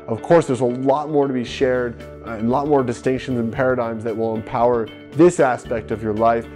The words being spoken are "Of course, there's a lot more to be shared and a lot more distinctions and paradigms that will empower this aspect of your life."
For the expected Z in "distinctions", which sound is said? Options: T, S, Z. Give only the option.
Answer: Z